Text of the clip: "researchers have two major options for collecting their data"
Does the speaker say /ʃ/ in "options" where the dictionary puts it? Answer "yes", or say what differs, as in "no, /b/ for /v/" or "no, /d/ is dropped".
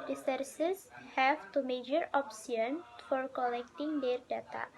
no, /s/ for /ʃ/